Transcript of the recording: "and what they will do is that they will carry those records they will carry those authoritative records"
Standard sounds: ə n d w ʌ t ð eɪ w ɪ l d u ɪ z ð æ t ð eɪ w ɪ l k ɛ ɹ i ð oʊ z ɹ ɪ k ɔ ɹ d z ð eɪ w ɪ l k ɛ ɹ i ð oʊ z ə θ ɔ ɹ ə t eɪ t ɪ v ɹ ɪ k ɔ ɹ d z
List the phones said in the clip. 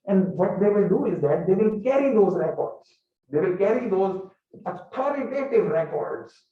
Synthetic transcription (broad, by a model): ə n d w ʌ t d eɪ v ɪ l d u ɪ z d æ t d eɪ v ɪ l k ɛ ɹ i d oʊ z ɹ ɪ k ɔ ɹ d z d eɪ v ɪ l k ɛ ɹ i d oʊ z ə t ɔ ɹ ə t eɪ t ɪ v ɹ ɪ k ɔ ɹ d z